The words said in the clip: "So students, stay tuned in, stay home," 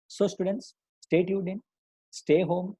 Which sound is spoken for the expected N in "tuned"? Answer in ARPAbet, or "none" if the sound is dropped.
none